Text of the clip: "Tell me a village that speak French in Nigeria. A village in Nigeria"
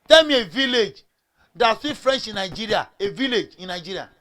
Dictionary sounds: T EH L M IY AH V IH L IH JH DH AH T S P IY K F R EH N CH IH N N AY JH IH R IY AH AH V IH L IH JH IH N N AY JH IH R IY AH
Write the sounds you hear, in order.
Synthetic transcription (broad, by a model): T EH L M IY AH V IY L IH JH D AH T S IY F R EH N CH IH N N AY JH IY R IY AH AH V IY L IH JH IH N N AY JH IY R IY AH